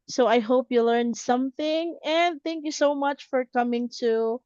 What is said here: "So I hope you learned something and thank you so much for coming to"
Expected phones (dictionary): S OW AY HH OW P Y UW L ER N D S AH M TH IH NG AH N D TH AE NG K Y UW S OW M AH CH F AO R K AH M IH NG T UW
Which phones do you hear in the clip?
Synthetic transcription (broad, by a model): S OW AY HH OW P Y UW L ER N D S AH M TH IH NG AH N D TH AE NG K Y UW S OW M AH CH F AO R K AH M IH NG T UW